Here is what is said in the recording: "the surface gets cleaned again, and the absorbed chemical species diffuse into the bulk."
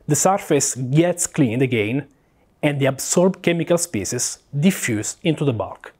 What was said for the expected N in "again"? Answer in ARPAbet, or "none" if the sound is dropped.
N